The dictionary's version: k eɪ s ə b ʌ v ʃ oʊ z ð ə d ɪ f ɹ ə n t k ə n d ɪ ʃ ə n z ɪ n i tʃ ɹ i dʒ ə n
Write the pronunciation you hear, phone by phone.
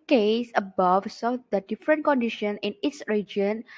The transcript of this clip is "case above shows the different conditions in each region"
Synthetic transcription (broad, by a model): k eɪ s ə b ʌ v s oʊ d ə d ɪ f ɹ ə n k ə n d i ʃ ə n ɪ n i s ɹ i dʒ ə n